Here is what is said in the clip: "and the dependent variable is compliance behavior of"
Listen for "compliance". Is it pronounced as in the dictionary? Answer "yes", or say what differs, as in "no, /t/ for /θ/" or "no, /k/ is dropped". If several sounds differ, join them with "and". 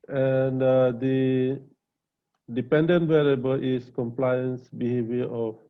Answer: yes